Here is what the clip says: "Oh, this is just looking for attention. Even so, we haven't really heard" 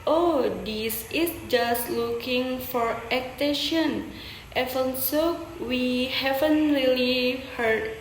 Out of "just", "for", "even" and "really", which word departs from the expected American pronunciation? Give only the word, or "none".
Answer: even